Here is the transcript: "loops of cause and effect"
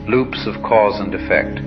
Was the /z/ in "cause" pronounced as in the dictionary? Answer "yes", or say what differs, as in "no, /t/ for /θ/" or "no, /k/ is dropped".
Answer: yes